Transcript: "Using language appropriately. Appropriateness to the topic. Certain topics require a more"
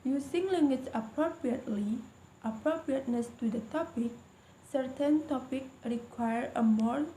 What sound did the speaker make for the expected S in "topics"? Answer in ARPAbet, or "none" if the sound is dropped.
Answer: none